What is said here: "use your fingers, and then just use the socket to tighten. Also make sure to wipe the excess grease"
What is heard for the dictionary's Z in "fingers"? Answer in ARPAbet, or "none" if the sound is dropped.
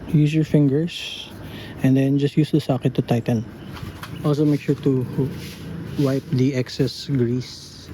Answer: S